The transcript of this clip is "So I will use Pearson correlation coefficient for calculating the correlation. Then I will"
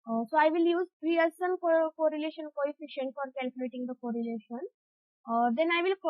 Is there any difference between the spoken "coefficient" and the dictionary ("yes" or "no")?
no